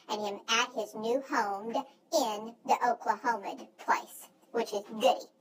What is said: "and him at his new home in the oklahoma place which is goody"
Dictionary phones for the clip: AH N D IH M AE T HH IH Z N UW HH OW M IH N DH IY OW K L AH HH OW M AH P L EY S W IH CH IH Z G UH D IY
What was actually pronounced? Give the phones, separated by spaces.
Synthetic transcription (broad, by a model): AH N IH M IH T HH IH Z N UW HH OW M IH N DH IY OW K L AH HH OW M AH P L EY S W IH CH IH Z G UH D IY